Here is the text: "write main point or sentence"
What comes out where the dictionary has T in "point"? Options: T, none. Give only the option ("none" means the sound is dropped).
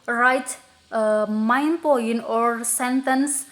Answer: none